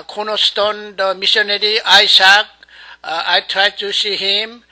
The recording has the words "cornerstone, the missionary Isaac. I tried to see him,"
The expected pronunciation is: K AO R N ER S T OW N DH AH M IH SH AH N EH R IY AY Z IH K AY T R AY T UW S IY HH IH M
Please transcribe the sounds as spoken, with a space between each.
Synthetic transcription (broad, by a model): K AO N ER S T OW N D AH M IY S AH N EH R IY AY S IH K AY T R AY T UW S IY HH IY M